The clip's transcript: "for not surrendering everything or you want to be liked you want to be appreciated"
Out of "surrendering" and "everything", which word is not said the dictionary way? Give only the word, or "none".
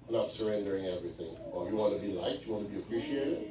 none